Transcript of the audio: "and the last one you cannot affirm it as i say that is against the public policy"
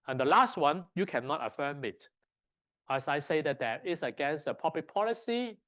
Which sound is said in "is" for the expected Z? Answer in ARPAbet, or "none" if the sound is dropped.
S